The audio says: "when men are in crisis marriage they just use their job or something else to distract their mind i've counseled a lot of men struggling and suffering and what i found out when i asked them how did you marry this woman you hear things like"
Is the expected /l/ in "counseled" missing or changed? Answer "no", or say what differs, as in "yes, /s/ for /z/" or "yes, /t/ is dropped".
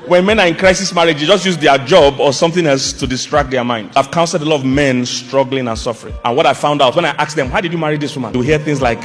yes, /l/ is dropped